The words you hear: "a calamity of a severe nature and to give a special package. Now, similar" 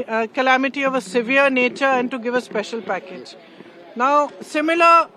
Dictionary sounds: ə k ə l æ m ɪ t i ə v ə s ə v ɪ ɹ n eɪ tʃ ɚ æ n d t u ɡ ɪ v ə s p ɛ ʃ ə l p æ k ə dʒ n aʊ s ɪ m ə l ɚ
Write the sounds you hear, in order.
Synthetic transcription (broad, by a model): k ə l æ m ɪ t i ə v ə s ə v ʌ ɹ n eɪ tʃ ɚ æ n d t u ɡ ɪ v ə s p ɛ ʃ ə l p æ k ə dʒ n aʊ s ɪ m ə l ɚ